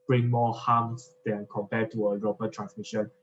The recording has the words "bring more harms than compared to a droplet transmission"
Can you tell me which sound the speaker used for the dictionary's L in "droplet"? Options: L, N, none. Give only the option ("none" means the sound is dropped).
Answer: none